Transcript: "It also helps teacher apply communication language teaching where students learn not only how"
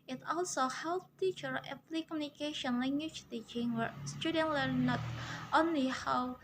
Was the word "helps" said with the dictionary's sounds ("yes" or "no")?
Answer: no